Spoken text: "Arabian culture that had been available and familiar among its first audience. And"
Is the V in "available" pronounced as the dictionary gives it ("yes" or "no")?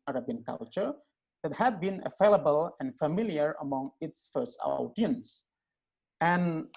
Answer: no